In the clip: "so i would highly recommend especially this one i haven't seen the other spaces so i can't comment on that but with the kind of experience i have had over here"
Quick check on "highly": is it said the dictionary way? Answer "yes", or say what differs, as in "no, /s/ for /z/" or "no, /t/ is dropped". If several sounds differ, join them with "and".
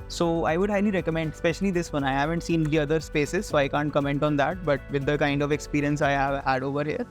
no, /n/ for /l/